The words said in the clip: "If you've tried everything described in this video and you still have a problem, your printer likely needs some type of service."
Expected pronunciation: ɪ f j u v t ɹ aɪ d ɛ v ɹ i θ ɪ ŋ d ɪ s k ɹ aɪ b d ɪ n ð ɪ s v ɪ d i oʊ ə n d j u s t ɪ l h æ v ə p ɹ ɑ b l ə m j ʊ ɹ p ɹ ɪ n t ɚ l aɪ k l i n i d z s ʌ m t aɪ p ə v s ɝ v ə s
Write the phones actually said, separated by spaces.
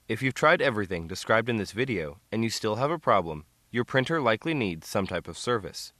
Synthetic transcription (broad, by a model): ɪ f j u v t ɹ aɪ d ɛ v ɹ i θ ɪ ŋ d ɪ s k ɹ aɪ b d ɪ n ð ɪ s v ɪ d i oʊ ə n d j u s t ɪ l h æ v ə p ɹ ɑ b l ə m j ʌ ɹ p ɹ ɪ n t ɚ l aɪ k l i n i d z s ʌ m t aɪ p ə v s ɝ v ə s